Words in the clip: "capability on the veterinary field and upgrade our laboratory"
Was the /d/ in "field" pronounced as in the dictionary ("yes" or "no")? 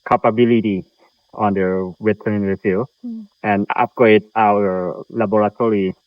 no